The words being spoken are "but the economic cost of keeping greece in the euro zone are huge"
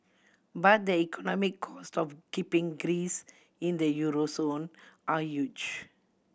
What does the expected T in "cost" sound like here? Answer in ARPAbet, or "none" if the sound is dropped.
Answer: T